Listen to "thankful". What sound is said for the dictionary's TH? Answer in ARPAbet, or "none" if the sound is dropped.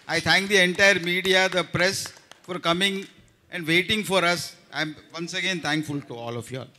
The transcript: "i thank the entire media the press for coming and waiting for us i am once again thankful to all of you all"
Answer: T